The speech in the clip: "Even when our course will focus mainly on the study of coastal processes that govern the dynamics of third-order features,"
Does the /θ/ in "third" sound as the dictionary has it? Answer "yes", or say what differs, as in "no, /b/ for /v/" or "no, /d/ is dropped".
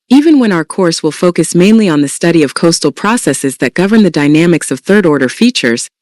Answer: yes